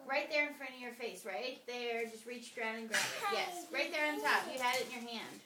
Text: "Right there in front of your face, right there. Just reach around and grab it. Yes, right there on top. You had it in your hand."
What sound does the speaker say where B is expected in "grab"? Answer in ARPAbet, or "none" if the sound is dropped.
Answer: none